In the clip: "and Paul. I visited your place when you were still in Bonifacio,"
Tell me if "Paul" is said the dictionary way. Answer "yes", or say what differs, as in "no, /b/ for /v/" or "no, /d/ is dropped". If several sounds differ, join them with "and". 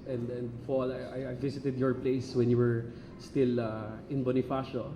no, /f/ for /p/